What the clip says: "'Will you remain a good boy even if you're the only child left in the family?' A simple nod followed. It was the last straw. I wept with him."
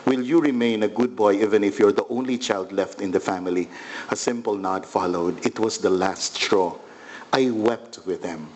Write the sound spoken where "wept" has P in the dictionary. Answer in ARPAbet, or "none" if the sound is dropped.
P